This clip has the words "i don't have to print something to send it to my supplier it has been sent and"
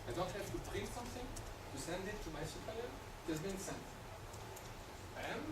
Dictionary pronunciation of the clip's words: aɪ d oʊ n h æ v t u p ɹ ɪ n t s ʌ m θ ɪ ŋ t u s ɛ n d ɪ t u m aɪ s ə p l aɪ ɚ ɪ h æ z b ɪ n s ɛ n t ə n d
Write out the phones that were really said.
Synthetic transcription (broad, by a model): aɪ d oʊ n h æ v t u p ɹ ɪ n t s ʌ m θ ɪ ŋ t u s ɛ n d ɪ t u m aɪ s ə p aɪ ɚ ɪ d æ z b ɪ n s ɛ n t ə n